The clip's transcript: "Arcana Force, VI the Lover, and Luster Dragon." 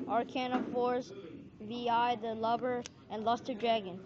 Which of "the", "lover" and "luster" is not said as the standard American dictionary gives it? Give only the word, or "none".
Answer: lover